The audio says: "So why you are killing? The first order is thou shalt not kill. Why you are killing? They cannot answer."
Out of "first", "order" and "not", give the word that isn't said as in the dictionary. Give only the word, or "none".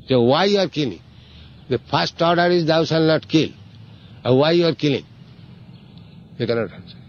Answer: first